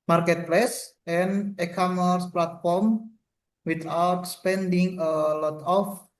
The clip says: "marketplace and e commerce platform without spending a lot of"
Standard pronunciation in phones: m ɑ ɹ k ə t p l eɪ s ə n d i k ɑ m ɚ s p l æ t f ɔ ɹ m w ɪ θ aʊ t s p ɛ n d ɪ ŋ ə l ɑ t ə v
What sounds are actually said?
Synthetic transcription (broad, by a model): m ɑ ɹ k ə t p l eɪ s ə n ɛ k ɑ m ɚ s p l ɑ t f ɔ ɹ m w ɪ t aʊ t s p ɛ n d ɪ ŋ ə l ɑ t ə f